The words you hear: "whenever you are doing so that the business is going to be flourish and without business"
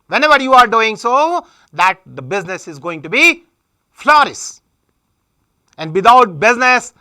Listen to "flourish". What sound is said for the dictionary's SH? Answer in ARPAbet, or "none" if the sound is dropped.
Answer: S